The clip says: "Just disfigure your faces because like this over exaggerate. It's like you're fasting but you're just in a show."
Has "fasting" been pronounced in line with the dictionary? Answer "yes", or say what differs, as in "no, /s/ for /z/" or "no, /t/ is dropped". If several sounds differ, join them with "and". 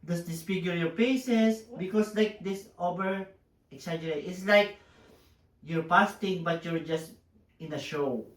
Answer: no, /p/ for /f/